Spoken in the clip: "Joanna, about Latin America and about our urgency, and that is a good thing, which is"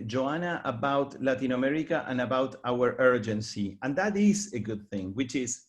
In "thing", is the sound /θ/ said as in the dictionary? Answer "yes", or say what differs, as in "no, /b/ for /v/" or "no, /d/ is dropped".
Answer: yes